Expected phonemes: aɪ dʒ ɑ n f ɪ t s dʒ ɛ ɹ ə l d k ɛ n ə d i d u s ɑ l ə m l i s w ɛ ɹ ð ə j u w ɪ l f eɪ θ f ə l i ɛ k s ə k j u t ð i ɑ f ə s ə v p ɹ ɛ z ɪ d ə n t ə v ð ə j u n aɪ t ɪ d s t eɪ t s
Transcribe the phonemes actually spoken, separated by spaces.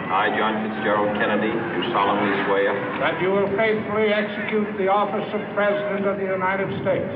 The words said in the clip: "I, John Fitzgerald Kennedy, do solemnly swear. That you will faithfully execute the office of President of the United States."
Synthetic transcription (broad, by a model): aɪ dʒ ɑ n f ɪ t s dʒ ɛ ɹ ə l k ɛ n ə d i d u s ɑ l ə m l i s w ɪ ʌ ð ə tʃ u w ɪ l f eɪ θ f l i ɛ k s ə k j u t ð i ɑ f ə s ə v p ɹ ɛ z ɪ d ə n t ə v ð ə j u n aɪ t ɪ d s t eɪ t s